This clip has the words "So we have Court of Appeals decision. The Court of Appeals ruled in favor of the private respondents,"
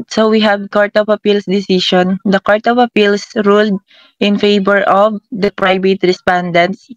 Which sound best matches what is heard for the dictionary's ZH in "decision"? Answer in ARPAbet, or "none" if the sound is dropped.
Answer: SH